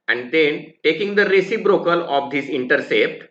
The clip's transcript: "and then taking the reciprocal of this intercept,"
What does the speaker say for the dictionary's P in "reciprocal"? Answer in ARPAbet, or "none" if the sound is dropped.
B